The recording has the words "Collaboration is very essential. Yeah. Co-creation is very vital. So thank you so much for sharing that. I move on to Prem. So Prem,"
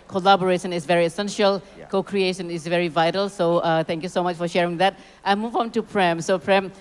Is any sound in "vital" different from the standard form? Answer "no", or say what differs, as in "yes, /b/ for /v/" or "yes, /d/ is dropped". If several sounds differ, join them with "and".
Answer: no